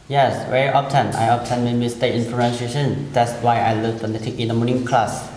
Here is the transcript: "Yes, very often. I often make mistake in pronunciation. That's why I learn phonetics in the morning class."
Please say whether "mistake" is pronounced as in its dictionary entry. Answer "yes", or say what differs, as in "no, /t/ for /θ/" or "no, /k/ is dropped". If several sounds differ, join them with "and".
no, /k/ is dropped